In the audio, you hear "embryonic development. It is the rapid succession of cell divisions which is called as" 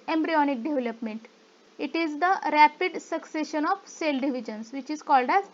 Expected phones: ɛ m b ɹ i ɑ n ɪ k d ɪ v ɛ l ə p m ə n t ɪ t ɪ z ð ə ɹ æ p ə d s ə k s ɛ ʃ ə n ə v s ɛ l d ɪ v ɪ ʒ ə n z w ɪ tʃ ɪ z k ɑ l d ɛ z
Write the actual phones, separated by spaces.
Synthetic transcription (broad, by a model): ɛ m b ɹ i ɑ n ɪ k d ɪ v ɛ l ə p m ə n t ɪ t ɪ z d ə ɹ æ p ə d s ə k s ɛ ʃ ə n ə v s ɛ l d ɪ v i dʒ ə n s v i tʃ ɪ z k ɑ l d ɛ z